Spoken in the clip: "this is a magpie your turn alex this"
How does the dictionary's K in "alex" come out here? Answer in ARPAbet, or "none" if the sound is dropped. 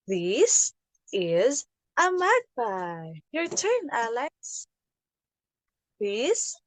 none